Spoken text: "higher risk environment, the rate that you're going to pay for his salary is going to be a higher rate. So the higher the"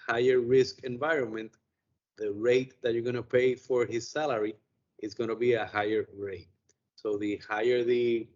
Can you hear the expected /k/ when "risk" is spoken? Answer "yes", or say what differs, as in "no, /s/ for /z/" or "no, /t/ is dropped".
yes